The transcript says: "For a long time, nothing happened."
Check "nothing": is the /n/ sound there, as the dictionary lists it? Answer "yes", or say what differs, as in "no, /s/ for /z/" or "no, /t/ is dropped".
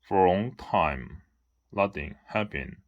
no, /l/ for /n/